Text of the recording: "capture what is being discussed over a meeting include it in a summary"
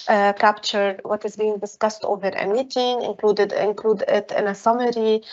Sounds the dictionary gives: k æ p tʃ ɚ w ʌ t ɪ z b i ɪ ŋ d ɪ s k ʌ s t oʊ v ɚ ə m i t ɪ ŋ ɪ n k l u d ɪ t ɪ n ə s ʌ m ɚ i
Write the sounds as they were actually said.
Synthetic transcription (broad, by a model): k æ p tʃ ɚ w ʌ t ɪ z b i ɪ ŋ d ɪ s k ʌ s t oʊ v ɚ ə m i t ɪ ŋ ɪ n k l u d ɪ t ɪ n ə s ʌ m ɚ i